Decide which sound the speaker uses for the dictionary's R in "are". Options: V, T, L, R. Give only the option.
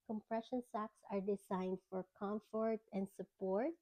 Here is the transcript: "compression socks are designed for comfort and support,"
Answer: R